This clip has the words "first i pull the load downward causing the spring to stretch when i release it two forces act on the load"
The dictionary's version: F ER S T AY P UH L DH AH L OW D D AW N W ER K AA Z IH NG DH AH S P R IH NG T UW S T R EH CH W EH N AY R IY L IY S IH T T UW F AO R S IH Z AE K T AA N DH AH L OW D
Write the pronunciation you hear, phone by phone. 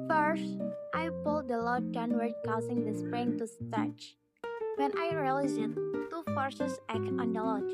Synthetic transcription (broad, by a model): F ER S T AY P UH L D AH L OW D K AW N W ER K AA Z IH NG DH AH S P R IH NG T UW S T EH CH W EH N AY R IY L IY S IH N T UW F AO R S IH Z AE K AA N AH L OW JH